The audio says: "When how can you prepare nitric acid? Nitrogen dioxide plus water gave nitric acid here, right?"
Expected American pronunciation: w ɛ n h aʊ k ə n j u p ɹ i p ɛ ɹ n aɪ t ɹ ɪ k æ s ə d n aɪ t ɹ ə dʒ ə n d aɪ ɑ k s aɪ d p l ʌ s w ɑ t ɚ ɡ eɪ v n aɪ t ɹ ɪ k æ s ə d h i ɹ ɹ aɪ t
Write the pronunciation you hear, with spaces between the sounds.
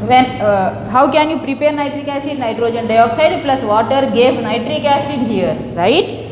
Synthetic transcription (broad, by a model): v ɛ n h aʊ k ə n j u p ɹ i p ɛ ɹ n aɪ t ɹ ɪ k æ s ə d n aɪ t ɹ ə dʒ ə n d aɪ ɑ k s aɪ d p l ʌ s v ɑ t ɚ ɡ eɪ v n aɪ t ɹ ɪ k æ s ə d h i ɹ ɹ aɪ t